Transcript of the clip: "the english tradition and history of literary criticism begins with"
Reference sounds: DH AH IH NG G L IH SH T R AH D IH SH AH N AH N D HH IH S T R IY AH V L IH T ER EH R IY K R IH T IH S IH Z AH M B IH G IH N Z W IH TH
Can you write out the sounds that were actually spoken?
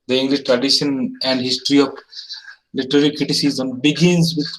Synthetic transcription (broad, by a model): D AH IH NG G L IH SH T R AH D IH SH AH N AH N D HH IH S T R IY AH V L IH T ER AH L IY K R IH T IH S IH Z AH M B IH G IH N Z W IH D